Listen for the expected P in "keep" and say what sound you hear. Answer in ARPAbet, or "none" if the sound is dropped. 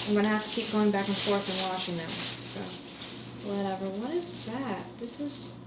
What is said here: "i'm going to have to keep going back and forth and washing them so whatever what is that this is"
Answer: P